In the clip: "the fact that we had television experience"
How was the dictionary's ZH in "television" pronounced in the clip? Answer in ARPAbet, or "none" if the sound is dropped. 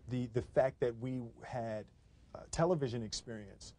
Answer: ZH